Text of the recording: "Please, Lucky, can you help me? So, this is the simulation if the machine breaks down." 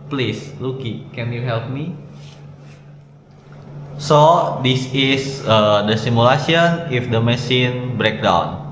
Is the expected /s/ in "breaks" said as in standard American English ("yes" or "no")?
no